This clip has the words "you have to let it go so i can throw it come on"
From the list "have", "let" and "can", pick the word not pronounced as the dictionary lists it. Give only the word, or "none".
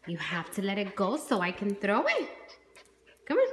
have